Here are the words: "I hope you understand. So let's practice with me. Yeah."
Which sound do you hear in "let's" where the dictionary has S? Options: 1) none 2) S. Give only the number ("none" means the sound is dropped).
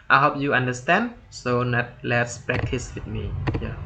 2